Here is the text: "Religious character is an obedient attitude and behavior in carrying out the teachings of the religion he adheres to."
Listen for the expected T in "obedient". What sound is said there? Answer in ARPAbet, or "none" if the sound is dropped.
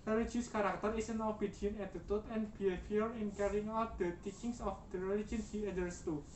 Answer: none